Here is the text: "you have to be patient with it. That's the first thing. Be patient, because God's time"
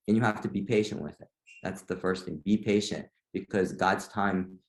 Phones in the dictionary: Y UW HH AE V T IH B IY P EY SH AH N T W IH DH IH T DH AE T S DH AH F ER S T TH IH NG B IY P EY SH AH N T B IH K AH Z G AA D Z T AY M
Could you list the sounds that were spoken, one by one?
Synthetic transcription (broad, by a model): Y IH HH AE F T IH B IY P EY SH AH N T W IH DH IH T DH AE T S DH AH F ER S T TH IH NG B IY P EY SH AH N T B IH K AH Z G AA D Z T AY M